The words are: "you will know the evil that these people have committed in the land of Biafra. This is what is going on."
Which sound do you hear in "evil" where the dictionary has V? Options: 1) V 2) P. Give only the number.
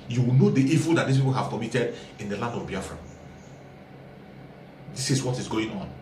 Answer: 1